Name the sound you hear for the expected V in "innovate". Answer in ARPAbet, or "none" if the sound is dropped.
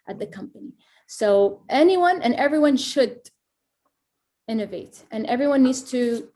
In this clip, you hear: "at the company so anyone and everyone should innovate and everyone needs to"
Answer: V